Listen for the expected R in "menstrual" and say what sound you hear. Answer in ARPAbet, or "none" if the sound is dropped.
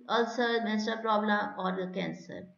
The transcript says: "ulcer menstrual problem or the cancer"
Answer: none